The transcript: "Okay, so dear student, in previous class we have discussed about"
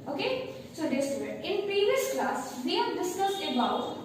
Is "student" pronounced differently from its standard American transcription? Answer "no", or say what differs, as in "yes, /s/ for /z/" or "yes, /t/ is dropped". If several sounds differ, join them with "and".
yes, /n/ is dropped